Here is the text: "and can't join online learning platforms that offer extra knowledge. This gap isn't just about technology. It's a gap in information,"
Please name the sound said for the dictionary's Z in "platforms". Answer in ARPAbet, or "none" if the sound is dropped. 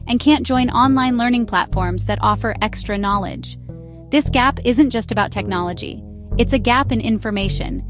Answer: Z